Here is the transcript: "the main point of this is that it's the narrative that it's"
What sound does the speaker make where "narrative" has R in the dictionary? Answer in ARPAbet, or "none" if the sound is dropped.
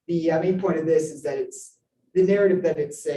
R